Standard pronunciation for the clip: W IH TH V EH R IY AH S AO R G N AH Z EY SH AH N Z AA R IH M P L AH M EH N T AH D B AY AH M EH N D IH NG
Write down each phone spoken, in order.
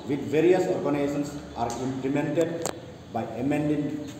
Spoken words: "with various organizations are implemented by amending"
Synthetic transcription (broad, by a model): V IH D V EH R IY AH S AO R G AH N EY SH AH N S AA R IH M P L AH M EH N T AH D B AY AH M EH N D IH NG